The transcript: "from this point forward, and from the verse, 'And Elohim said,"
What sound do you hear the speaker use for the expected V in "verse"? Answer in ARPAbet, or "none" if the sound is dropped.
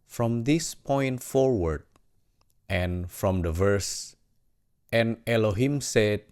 V